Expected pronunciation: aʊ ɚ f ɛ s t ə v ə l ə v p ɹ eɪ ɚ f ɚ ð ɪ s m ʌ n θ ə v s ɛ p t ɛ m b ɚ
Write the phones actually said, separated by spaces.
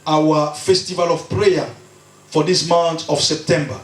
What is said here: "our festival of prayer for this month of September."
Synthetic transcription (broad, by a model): aʊ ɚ f ɛ s t ə v ə l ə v p ɹ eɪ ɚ f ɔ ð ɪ s m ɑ n t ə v s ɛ p t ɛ m b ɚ